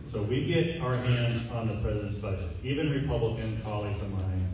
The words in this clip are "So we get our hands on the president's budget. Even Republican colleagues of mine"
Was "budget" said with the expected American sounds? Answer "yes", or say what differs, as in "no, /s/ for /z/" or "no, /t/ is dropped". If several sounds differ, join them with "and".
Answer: no, /dʒ/ is dropped